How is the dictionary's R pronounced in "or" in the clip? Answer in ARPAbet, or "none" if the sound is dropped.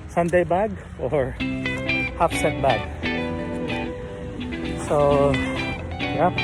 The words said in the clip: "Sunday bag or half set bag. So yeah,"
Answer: R